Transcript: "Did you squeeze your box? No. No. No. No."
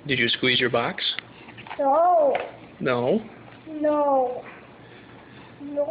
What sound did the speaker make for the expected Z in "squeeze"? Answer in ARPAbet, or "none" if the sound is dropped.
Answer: Z